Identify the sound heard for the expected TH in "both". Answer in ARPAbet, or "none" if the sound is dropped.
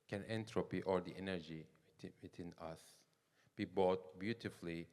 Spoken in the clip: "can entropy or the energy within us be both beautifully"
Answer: T